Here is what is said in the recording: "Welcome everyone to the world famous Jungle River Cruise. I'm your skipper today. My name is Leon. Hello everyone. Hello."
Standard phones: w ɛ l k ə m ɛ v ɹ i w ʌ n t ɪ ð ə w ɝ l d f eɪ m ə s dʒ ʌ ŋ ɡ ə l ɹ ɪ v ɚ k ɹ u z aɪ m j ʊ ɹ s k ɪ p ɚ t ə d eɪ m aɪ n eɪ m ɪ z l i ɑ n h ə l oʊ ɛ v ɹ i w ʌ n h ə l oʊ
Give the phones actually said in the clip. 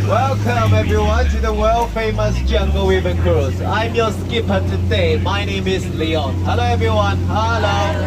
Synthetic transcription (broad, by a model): w ɛ l k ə m ɛ v ɹ i w ʌ n t ɪ ð ə w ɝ l f eɪ m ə s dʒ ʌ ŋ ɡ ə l w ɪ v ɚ k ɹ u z aɪ m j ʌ s k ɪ p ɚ t ə d eɪ m aɪ n eɪ m ɪ z l i ɑ n h ə l oʊ ɛ v ɹ i w ʌ n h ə l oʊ